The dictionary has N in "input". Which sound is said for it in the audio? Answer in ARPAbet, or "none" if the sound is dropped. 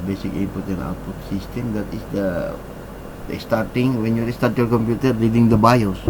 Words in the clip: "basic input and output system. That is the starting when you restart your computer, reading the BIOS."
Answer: none